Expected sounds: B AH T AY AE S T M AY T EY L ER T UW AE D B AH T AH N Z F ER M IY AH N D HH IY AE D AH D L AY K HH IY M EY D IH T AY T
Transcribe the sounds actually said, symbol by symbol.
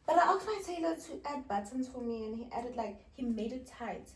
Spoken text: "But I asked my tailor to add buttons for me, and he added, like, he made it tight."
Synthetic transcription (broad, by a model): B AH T AY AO T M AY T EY L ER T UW AE D B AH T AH N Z F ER M IY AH N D HH IY AE D AH D L AY K HH IY M EY D IH T AY T